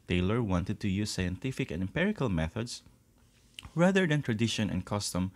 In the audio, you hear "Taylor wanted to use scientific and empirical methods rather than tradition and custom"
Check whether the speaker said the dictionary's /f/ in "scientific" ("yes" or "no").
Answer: yes